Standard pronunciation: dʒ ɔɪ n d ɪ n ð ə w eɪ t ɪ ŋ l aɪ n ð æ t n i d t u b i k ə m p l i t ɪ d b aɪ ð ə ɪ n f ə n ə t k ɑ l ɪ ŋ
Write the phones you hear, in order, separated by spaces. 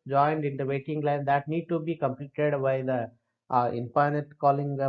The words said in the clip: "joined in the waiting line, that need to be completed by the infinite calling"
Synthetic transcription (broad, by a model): dʒ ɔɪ n d ɪ n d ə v eɪ t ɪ ŋ l aɪ n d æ t n i d t u b i k ə m p l i t ɪ d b aɪ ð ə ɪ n p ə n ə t k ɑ l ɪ ŋ